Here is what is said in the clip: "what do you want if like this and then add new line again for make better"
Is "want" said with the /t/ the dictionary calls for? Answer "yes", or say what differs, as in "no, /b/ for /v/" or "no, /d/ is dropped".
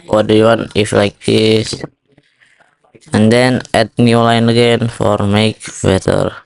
no, /t/ is dropped